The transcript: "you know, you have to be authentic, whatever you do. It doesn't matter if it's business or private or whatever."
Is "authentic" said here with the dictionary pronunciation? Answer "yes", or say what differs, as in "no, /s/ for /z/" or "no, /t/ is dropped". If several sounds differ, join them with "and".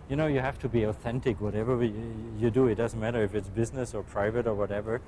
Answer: yes